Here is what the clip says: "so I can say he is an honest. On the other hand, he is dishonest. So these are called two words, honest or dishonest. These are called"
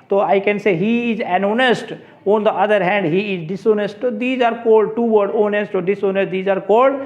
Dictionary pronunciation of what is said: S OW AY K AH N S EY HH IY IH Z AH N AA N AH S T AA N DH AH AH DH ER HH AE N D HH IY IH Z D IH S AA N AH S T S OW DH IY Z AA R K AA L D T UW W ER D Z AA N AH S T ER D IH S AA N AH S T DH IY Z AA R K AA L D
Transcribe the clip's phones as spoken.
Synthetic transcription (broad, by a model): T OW AY K AH N S EY HH IY IH Z AH N AA N AH S T AA N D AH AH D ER HH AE N D HH IY IH Z D IH S AA N AH S T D IY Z AA R K AA L D T UW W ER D AA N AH S T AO D IH S AA N AH S T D IY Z AA R K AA L D